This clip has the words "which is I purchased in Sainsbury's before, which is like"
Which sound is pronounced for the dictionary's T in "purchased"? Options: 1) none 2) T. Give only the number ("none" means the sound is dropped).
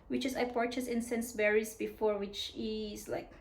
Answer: 1